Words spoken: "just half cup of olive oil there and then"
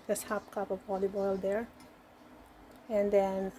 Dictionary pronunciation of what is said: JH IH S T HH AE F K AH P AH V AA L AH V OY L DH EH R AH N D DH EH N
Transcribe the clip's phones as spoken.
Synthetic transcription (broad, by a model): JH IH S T HH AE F K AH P AH V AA L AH B OY L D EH R AH N D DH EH N